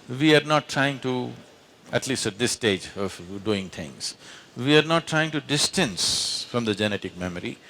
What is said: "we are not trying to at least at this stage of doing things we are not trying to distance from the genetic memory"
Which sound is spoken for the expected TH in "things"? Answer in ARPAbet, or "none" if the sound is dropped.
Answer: T